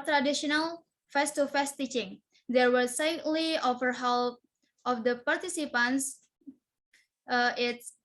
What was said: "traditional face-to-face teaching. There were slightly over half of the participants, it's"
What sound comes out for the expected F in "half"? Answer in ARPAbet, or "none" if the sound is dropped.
P